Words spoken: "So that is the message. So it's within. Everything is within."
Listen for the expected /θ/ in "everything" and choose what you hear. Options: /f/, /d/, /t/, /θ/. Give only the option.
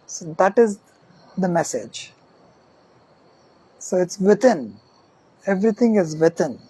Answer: /t/